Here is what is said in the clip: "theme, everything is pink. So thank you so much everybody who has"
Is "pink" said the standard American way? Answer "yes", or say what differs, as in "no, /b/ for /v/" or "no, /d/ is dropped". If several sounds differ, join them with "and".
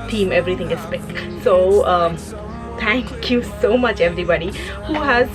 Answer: no, /ŋ/ is dropped